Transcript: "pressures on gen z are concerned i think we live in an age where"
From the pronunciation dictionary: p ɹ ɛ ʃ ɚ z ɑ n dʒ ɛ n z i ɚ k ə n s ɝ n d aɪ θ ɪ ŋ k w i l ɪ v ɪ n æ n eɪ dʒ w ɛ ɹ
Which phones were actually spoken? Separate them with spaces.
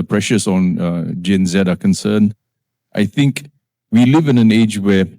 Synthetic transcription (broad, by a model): p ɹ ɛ ʃ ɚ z ɑ n dʒ ɛ n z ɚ k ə n s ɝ n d aɪ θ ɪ ŋ k w i l ɪ v ɪ n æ n eɪ dʒ w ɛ